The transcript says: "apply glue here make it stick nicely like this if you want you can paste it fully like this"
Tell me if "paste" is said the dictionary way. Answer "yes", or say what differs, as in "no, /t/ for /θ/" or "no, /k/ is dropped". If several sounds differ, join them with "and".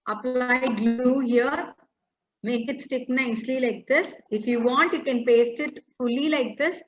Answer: yes